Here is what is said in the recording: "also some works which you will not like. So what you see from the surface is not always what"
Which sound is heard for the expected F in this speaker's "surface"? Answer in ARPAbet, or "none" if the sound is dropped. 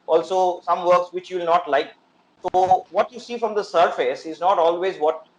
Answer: F